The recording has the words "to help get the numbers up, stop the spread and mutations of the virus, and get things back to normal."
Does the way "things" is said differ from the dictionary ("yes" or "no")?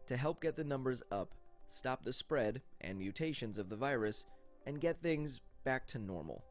no